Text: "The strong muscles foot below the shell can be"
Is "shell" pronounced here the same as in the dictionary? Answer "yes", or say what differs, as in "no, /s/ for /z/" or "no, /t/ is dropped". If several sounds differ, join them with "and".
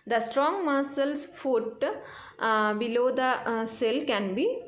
no, /s/ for /ʃ/